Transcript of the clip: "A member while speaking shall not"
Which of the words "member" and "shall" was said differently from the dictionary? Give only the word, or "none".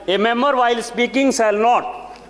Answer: shall